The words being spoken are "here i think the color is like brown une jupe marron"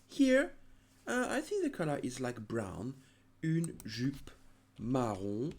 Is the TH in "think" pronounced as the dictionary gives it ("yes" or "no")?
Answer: yes